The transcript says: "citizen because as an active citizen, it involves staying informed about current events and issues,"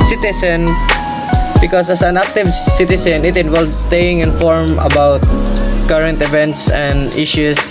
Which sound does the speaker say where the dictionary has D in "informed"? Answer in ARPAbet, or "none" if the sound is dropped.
none